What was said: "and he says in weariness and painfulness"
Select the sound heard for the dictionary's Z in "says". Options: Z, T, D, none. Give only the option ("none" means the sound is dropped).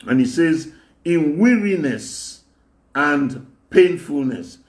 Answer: Z